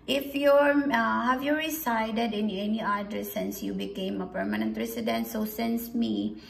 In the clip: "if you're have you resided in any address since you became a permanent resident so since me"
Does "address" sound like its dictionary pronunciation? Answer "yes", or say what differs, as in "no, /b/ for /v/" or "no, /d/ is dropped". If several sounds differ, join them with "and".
no, /ɹ/ is dropped